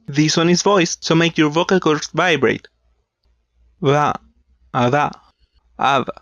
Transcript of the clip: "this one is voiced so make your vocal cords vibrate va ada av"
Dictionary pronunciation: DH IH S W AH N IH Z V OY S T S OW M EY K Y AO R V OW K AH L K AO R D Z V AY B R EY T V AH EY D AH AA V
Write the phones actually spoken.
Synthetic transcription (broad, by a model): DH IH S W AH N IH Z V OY S S OW M EY K Y AO R V OW K AH L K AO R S V AY B R EY T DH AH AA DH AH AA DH